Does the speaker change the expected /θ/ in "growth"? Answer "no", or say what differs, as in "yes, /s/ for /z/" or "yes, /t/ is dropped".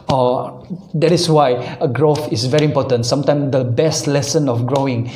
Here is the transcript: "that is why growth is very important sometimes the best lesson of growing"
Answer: yes, /f/ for /θ/